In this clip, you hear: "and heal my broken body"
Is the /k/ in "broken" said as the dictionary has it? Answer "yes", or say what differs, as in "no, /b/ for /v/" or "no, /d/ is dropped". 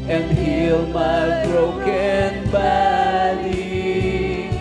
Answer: yes